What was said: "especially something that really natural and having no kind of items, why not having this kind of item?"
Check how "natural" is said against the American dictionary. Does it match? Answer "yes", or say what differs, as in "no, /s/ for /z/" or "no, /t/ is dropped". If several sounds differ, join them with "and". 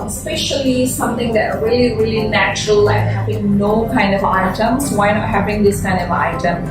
yes